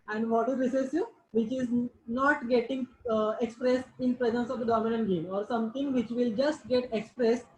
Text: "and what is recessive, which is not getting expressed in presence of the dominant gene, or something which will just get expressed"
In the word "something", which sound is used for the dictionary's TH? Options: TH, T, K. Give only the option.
T